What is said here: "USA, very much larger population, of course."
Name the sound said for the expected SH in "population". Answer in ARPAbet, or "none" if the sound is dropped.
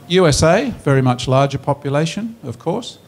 SH